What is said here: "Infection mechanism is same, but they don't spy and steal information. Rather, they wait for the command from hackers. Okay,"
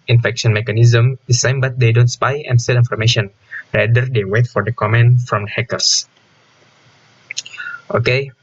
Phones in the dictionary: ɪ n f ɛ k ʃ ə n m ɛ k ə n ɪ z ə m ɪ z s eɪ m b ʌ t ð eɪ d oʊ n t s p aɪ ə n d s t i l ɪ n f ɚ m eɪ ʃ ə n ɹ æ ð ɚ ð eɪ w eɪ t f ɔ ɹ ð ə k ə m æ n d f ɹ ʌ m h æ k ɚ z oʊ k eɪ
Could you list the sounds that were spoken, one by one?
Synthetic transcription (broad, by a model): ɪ n f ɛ k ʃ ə n m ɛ k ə n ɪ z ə m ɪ s eɪ m b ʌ t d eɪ d oʊ n t s p aɪ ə n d s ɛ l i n f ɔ m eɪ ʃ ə n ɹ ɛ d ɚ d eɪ w eɪ t f ɔ ɹ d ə k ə m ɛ n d f ɹ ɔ m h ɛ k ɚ s oʊ k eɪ